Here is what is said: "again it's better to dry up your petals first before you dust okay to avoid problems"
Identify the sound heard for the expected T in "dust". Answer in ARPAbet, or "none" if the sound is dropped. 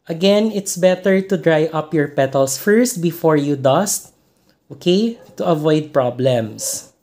T